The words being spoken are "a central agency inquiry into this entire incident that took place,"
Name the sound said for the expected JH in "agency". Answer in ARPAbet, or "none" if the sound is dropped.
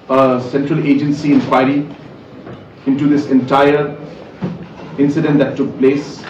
JH